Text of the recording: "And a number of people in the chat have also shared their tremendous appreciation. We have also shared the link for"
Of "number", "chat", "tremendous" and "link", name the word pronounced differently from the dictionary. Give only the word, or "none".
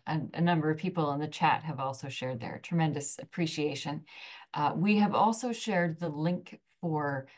none